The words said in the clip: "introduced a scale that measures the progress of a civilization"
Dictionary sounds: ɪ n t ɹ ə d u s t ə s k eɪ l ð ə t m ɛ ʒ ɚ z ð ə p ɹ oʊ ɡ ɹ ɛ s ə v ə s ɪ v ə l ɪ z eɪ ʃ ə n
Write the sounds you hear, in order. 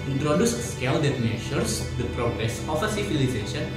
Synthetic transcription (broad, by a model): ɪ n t ɹ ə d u s s k eɪ l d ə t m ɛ ʃ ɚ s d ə p ɹ oʊ ɡ ɹ ɛ s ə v ə s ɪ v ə l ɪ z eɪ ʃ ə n